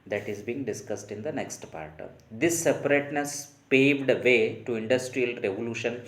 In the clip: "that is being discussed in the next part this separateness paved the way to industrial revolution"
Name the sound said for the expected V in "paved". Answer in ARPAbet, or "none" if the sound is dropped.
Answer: V